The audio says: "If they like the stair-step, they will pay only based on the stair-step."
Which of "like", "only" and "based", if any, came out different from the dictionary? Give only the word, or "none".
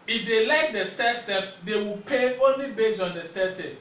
based